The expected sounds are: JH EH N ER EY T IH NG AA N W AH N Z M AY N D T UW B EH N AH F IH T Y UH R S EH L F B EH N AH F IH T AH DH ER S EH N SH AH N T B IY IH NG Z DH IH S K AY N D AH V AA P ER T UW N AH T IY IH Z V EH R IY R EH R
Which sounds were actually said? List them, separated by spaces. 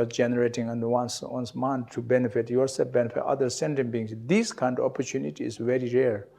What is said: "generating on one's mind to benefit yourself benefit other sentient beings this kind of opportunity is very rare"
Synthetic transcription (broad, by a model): JH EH N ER EY T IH NG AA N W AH N S M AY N T UW B EH N AH F IH T Y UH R S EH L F B EH N AH F IH T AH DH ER S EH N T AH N B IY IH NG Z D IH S K AY N D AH P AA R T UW N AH T IY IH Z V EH R IY R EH R